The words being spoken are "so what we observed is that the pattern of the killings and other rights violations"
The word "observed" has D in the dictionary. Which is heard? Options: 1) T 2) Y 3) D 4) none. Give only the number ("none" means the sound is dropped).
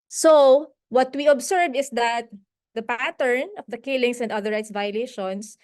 4